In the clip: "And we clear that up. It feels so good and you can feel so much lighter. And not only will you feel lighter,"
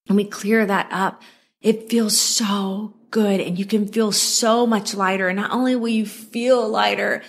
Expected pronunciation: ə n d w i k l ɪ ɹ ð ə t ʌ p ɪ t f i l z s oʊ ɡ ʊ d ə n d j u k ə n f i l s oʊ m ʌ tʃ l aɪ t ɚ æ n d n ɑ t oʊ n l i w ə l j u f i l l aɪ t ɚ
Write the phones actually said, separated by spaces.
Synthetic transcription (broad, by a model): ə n w i k l ɪ ɹ ð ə t ʌ p ɪ t f i l z s oʊ ɡ ʊ d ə n j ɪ k ə n f i l s oʊ m ʌ tʃ l aɪ t ɚ n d t oʊ n l i w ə n j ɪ f i l l aɪ t ɚ